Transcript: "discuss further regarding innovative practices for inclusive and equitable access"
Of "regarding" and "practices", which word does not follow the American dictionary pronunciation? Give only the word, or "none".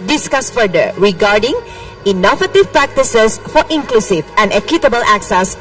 practices